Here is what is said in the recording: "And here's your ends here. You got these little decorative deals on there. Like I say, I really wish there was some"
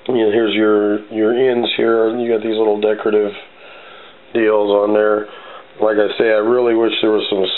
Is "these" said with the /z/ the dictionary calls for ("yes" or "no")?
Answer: yes